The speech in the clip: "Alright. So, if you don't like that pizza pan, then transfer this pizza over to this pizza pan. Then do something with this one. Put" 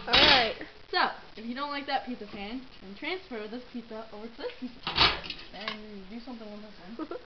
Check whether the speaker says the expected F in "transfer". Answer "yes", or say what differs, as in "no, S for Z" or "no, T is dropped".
yes